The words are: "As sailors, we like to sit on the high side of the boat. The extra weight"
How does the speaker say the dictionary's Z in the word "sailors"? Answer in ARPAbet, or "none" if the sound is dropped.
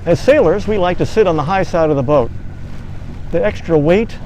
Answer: Z